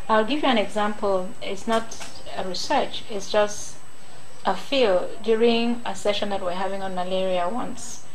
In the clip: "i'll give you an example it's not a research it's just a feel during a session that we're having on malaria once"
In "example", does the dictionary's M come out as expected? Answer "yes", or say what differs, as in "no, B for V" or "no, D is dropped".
yes